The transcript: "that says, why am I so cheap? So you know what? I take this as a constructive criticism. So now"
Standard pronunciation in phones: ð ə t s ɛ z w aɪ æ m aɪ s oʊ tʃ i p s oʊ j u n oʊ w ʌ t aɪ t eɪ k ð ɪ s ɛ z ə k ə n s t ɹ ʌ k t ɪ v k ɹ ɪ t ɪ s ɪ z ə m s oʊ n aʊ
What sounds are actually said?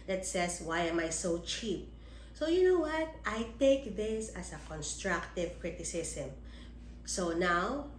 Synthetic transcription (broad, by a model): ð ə t s ɛ s w aɪ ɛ m aɪ s oʊ tʃ i p s oʊ j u n oʊ w ʌ t aɪ t eɪ k ð ɪ s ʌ s ə k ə n s t ɹ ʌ k t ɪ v k ɹ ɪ t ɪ s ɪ s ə m s oʊ n aʊ